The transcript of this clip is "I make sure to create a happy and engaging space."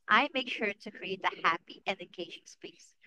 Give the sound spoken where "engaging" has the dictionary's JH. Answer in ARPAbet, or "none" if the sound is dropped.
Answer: SH